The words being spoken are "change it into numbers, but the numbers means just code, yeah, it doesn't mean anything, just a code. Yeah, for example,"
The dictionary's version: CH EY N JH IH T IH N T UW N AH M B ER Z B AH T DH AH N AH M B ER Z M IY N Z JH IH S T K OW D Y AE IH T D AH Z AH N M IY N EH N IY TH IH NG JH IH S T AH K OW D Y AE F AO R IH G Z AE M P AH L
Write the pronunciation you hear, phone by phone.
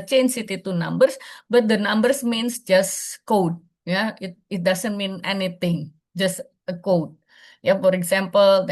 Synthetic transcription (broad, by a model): CH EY N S IH T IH T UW N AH M B ER S B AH T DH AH N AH M B ER S M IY N S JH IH S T K OW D Y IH IH T D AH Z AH N M IY N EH N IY T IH NG JH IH S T AH K OW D Y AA F AO R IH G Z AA M P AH L